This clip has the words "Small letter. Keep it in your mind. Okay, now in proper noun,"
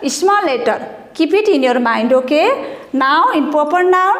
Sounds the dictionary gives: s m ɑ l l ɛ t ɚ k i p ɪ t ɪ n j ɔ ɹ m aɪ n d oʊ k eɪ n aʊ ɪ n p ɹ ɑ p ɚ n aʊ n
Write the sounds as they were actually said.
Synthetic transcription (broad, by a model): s m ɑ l l ɛ t ɚ k i p ɪ t ɪ n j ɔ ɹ m aɪ n d oʊ k eɪ n aʊ ɪ n p ɑ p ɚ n aʊ